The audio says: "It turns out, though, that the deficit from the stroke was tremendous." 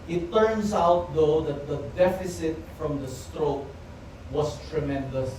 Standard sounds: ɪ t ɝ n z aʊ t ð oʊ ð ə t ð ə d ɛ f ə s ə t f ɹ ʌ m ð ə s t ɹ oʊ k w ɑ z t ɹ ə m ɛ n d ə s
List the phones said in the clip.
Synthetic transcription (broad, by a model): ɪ t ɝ n s aʊ t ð oʊ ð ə t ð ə d ɛ f ə s ə t f ɹ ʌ m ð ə s t ɹ oʊ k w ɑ s t ɹ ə m ɛ n d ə s